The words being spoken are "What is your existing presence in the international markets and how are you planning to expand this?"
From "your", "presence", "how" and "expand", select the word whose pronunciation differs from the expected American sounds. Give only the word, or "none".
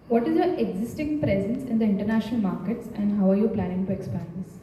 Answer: expand